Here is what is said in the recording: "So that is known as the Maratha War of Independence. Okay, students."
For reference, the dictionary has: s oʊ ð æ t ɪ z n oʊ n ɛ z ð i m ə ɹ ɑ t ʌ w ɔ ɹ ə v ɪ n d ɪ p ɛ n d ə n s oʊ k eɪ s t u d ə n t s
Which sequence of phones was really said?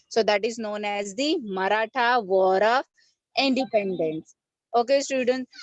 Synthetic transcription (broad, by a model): s oʊ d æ t ɪ z n oʊ n ɛ z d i m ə ɹ ɑ t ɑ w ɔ ɹ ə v ɪ n d ɪ p ɛ n d ə n s oʊ k eɪ s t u d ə n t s